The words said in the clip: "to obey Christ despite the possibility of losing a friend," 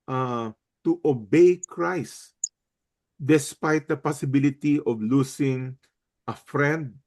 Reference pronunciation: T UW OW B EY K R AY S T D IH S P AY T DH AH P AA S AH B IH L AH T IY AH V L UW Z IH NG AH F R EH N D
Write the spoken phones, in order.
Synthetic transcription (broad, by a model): T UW OW B EY K R AY S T D IH S P AY T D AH P AA S AH B IH L AH T IY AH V L UW S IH NG AH F R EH N D